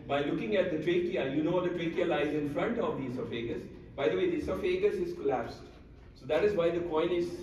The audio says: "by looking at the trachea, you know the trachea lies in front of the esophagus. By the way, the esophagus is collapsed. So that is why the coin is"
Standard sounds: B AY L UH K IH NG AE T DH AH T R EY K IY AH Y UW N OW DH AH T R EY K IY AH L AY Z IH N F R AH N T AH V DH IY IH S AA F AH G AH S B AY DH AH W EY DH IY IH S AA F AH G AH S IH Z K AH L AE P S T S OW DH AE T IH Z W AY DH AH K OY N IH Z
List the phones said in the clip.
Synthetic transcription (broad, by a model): B AY L UH K IH NG AE T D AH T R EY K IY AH Y UW N OW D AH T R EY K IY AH L AY Z IH N F R AH N T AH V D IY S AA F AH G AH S B AY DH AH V EY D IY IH S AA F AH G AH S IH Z K AH L AE P S T S OW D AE T IH Z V AY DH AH K OY N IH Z